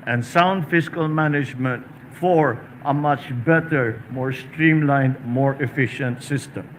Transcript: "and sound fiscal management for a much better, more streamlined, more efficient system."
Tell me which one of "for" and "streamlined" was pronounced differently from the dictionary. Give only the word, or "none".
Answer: none